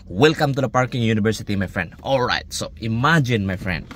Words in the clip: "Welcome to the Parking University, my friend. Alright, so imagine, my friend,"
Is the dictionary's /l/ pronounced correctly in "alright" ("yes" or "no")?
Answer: yes